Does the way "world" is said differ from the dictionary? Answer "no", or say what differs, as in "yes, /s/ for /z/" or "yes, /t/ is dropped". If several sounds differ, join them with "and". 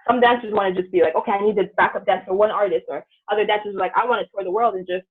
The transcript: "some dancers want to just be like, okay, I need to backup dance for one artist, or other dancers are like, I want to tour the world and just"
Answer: no